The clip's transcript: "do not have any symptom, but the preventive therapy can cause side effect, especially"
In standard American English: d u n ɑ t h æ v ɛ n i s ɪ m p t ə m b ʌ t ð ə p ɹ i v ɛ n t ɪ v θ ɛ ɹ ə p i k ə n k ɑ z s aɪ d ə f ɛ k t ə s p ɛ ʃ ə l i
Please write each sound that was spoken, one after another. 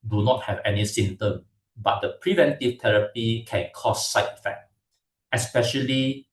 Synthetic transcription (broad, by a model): d u n ɑ t h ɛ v ɛ n i s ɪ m t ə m b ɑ t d ə p ɹ i v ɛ n t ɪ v t ɛ ɹ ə p i k ə n k ɑ s aɪ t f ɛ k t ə s p ɛ ʃ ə l i